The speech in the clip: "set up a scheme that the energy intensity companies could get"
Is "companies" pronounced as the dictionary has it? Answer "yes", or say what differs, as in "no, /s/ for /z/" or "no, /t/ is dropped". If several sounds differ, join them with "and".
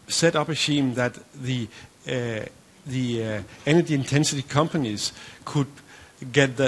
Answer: yes